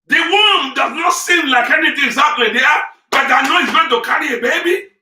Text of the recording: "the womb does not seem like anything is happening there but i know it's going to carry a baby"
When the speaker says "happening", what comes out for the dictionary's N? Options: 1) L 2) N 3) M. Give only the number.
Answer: 1